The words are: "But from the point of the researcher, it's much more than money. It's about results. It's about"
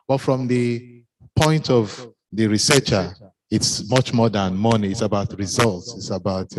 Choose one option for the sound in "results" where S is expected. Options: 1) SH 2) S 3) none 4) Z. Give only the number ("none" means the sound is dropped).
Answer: 2